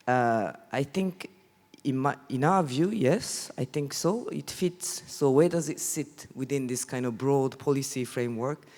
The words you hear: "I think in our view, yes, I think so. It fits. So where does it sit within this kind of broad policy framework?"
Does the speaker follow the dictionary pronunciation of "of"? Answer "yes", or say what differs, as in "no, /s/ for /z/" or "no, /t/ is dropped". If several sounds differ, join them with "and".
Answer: yes